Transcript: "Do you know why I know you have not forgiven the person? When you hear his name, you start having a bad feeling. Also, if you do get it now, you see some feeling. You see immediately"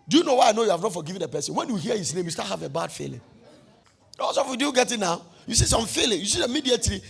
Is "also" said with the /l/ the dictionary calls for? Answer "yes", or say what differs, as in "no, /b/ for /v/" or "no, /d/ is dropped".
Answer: no, /l/ is dropped